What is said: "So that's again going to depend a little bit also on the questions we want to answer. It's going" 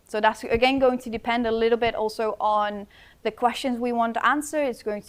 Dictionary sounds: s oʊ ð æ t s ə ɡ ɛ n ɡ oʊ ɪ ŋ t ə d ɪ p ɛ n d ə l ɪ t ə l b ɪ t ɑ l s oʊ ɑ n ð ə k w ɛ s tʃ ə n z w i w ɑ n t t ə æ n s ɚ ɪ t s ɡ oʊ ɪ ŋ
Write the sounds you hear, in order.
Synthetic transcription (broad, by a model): s oʊ ð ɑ t s ə ɡ ɛ n ɡ oʊ ɪ ŋ t ə d ɪ p ɛ n d ə l ɪ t l b ɪ t ɑ l s oʊ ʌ n ð ə k w ɛ s tʃ ə n z w i w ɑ n t t ə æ n s ɚ ɪ t s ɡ oʊ ɪ ŋ